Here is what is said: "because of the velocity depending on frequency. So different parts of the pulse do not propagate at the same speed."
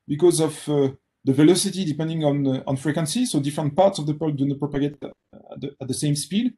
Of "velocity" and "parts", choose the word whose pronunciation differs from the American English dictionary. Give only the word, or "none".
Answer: none